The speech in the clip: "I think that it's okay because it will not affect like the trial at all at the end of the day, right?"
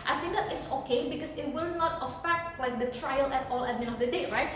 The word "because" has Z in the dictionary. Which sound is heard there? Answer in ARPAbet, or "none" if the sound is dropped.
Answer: S